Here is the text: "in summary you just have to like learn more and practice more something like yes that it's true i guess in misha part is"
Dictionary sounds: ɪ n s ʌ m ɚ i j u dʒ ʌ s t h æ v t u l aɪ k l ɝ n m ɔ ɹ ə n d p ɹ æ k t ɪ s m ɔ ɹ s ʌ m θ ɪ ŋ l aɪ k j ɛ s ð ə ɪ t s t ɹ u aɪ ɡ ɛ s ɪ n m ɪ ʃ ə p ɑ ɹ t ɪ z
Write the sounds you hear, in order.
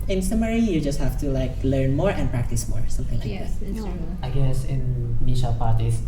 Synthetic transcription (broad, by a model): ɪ n s ʌ m ɚ i j u dʒ ʌ s t h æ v t u l aɪ k l ɝ n m ɔ ɹ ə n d p ɹ æ k t ɪ s m ɔ ɹ s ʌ m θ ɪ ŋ l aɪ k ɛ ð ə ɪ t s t ɑ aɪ ɡ ɛ s ɪ n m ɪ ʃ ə p ɑ ɹ t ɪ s